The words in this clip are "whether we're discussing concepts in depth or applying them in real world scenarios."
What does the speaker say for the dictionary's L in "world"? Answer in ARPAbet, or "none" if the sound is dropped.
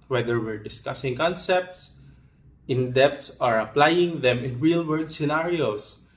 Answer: none